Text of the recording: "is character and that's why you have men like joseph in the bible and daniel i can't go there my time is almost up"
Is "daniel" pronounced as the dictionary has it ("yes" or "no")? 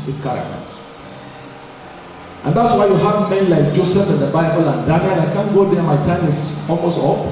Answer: no